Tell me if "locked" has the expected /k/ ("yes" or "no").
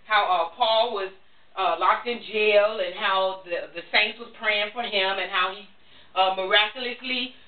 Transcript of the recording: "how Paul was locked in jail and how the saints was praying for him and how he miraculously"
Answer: yes